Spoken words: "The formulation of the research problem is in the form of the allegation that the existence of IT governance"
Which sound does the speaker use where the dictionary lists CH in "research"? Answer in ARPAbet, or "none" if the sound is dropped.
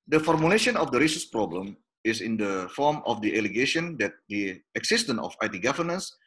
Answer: S